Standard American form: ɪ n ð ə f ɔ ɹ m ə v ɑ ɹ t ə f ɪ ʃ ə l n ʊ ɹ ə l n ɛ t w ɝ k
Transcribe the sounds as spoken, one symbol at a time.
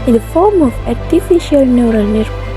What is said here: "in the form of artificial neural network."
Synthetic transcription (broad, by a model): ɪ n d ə f ɔ ɹ m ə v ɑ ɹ t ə f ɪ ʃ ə l n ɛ ɹ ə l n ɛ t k